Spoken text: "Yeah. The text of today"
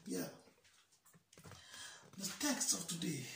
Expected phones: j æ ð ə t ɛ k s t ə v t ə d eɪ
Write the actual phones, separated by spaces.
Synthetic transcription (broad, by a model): j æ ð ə t ɛ k s t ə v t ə d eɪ